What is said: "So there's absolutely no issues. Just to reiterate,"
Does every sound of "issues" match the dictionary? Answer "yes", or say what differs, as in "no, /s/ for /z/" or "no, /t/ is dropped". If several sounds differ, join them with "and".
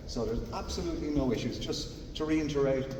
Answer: yes